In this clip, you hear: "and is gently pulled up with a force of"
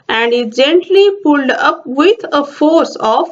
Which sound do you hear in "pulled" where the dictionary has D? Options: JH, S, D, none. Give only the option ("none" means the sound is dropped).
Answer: D